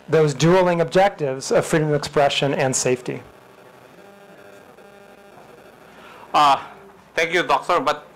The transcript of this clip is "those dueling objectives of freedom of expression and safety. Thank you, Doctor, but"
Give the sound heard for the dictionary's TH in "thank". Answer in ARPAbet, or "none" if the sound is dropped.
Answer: T